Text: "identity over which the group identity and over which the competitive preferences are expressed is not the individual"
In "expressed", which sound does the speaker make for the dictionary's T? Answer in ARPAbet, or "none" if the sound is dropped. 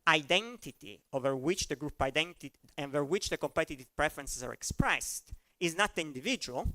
T